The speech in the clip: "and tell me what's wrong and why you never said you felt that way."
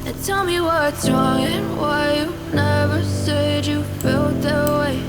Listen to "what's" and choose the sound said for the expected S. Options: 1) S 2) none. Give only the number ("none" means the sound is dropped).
2